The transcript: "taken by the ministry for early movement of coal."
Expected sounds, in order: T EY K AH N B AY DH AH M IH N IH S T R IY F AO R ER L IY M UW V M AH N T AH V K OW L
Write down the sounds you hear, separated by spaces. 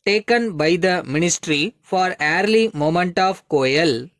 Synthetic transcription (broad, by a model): T EY K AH N B AY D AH M IH N IH S T R IY F AO R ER L IY M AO M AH N T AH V K OW L